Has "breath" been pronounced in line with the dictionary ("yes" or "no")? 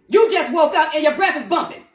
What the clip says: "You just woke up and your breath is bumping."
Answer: yes